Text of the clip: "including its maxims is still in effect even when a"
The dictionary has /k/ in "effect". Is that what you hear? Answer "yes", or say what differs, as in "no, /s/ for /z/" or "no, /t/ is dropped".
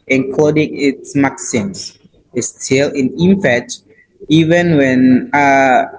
no, /k/ is dropped